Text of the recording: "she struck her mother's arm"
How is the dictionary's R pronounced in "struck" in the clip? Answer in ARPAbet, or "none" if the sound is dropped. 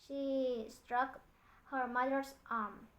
R